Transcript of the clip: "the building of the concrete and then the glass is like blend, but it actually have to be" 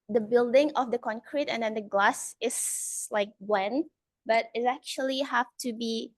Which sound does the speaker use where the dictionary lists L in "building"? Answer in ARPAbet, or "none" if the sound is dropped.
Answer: L